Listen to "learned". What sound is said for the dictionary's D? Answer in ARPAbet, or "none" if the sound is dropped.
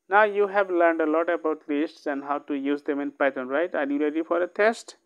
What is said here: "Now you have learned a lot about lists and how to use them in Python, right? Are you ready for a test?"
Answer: D